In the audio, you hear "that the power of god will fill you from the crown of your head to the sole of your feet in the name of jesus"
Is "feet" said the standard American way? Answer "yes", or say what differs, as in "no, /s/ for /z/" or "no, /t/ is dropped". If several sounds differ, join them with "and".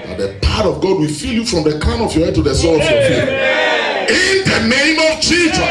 no, /t/ is dropped